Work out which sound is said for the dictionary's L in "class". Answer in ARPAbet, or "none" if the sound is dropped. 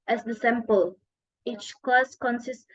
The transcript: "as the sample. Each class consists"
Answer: none